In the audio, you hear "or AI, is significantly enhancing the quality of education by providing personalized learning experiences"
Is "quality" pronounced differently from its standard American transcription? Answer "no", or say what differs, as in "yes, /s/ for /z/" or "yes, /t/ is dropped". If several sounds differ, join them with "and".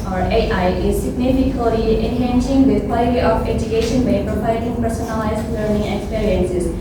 yes, /l/ is dropped